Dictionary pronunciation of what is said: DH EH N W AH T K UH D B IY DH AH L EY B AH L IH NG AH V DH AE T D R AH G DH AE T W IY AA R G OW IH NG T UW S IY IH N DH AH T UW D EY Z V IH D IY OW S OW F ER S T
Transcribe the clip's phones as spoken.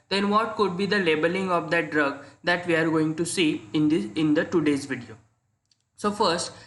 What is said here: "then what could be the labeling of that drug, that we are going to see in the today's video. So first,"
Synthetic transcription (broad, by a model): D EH N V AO T K UH D B IY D AH L EY B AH L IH NG AH V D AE T D R AH G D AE T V IY AA R G OW IH NG T UW S IY IH N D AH T UW D EY Z V IH D IY OW S OW F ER S T